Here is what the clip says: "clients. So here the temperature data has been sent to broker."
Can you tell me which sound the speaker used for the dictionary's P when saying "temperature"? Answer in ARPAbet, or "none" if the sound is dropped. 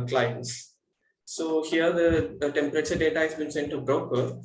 P